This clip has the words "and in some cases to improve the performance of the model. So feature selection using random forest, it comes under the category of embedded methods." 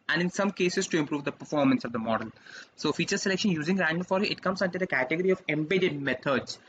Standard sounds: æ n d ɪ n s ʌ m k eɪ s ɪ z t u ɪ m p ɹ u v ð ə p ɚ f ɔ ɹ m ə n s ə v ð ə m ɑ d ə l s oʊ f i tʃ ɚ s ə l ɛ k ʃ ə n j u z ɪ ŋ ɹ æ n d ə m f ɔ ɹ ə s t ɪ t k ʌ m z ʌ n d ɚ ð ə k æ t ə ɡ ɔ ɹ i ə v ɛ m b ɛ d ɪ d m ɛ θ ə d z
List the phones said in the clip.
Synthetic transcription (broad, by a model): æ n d ɪ n s ʌ m k eɪ s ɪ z t u ɪ m p ɹ u v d ə p ɚ f ɔ ɹ m ə n s ə v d ə m ɑ d ə l s oʊ f i tʃ ɚ s ə l ɛ k ʃ ə n j u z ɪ ŋ ɹ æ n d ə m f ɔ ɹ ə t ɪ t k ʌ m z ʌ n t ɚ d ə k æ t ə ɡ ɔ ɹ i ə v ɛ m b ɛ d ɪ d m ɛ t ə d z